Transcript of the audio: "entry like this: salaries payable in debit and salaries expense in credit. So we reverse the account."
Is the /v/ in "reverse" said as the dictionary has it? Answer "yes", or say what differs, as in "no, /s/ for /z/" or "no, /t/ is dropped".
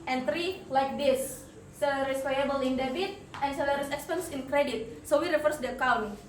no, /f/ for /v/